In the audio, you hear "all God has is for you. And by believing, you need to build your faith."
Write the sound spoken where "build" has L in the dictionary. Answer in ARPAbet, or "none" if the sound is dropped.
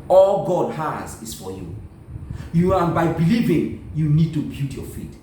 none